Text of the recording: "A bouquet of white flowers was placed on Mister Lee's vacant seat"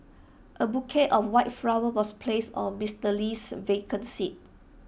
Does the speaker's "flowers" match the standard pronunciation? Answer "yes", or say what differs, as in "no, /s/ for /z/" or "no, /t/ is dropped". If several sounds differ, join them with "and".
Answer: no, /z/ is dropped